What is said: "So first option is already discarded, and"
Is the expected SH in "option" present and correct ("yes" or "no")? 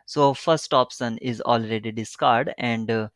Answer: no